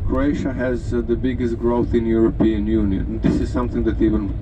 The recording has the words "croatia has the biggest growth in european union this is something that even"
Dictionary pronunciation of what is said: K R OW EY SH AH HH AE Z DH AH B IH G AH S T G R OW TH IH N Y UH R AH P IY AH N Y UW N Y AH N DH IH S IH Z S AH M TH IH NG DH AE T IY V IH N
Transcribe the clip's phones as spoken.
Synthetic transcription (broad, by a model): K R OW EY SH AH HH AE Z DH AH B IH G AH S T G R OW TH IH N Y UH R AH P IY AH N Y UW N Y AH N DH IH S IH Z S AH M TH IH NG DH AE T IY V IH N